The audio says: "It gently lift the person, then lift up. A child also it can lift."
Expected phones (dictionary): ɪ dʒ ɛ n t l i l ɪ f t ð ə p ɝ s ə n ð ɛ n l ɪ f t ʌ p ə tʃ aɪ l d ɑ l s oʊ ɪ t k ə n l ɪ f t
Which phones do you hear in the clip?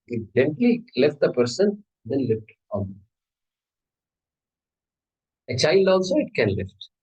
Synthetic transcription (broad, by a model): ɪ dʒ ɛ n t l i l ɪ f t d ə p ɝ s ə n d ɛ n l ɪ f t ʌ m ə tʃ aɪ l d ɑ l s oʊ ɪ t k ə n l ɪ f t